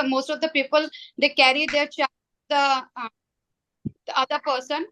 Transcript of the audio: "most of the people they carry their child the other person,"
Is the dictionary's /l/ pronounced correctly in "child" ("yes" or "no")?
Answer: no